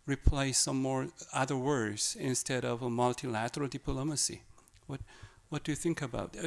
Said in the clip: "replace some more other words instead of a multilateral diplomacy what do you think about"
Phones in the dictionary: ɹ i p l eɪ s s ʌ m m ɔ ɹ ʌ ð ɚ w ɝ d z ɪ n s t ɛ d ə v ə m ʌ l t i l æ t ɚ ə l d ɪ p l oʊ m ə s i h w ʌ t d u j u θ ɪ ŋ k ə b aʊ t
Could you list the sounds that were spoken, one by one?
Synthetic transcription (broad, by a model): ɹ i p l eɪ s s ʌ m m ɔ ɹ ʌ ð ɚ w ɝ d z ɪ n s t ɛ d ə v ə m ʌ l t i l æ t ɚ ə l d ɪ p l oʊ m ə s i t w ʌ t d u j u θ ɪ ŋ k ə b aʊ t